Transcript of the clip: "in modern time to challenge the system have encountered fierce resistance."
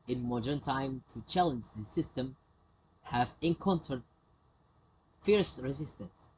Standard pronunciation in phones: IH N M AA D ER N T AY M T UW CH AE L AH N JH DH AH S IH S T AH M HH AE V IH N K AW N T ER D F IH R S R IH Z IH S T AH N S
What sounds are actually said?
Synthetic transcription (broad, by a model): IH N M AA D ER N T AY M T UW CH AE L AH N JH DH AH S IH S T AH M HH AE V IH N K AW N T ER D F IH R S R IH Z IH S T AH N S